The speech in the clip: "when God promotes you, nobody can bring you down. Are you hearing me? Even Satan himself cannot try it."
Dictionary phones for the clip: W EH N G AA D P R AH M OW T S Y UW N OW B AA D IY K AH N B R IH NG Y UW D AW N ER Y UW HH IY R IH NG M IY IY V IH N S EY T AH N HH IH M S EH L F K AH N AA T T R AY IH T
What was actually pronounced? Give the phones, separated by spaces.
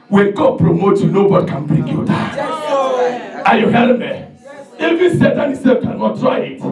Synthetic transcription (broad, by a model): W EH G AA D P R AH M OW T Y UW N OW B AA D IY K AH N B R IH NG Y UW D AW AA Y UW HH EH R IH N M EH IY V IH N S EY T AH N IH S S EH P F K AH N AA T T R AY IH T